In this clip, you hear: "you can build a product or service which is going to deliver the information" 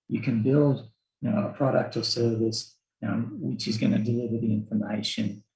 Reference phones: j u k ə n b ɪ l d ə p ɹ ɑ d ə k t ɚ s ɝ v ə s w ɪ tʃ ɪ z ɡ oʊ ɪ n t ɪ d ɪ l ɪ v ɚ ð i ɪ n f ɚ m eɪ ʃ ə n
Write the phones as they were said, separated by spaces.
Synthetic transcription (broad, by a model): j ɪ k ə n b ɪ l d ə p ɹ ɑ d ə k t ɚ s ɝ v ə s w ɪ tʃ ɪ z ɡ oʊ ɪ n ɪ d ɪ l ɪ v ɚ ð i ɪ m f ɚ m eɪ ʃ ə n